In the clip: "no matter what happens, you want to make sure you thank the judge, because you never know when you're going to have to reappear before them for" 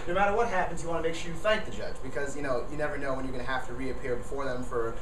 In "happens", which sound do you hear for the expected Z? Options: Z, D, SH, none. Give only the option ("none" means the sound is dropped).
Z